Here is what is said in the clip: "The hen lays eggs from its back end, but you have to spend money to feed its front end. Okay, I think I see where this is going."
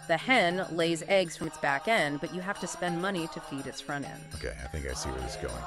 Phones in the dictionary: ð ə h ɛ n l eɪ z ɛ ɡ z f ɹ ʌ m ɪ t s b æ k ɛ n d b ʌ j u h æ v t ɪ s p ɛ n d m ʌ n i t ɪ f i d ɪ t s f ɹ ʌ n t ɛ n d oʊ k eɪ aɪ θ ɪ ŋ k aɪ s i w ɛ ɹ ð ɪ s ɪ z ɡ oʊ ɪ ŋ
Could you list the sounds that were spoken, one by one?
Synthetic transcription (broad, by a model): ð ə h ɛ n l eɪ z ɛ ɡ z f ɹ ʌ m ɪ t s b æ k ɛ n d b ʌ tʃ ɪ h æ f t ɪ s p ɛ n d m ʌ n i t ɪ f i d ɪ t s f ɹ ʌ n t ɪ n oʊ k eɪ aɪ θ ɪ ŋ k aɪ s i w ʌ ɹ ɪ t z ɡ oʊ ɪ ŋ